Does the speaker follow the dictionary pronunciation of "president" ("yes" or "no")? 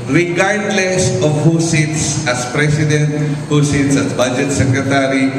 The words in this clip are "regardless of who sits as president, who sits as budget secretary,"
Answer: no